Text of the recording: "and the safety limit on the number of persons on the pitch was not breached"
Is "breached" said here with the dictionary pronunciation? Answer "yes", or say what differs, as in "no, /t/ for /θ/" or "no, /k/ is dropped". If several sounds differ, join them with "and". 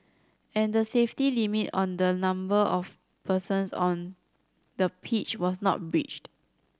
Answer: yes